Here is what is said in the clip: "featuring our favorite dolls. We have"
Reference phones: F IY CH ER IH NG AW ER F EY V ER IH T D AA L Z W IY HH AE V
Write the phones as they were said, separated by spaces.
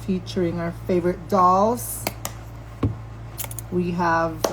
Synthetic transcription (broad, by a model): F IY CH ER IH NG AW ER F EY V ER IH T D AA L Z W IY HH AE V